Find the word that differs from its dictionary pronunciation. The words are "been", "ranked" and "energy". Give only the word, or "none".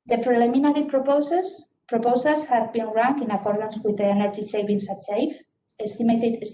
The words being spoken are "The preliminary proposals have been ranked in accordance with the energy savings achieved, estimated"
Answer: ranked